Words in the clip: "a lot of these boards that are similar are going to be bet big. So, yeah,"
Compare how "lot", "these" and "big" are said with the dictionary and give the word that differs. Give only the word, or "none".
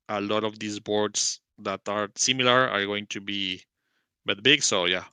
these